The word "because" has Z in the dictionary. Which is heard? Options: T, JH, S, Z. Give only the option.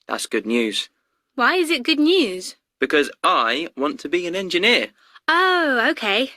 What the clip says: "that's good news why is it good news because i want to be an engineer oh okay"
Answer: Z